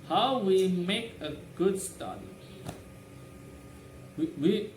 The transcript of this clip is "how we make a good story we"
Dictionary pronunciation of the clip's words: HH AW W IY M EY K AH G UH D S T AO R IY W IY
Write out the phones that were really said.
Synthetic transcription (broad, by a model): HH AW W IY M EY K AH G UH D S T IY W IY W IY